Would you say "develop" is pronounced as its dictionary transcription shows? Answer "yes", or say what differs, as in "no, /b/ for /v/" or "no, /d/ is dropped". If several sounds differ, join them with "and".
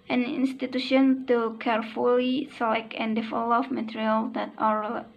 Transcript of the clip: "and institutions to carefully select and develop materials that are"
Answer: no, /f/ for /v/ and /f/ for /p/